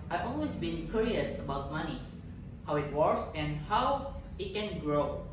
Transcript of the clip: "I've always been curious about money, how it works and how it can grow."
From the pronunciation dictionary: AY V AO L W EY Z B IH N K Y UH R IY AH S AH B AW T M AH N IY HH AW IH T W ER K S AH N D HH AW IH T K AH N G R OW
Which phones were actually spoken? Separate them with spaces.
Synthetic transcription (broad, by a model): AY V AO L W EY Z B IH N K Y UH R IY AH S AH B AW T M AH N IY HH AW IH T W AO S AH N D HH AW IH T K AH N G R OW